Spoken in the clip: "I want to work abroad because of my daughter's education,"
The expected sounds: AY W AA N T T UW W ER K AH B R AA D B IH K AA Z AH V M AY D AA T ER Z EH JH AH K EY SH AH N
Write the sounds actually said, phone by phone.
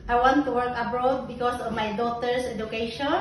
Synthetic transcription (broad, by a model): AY W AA N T T UW W ER K AH B R AA D B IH K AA S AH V M AY D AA T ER S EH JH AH K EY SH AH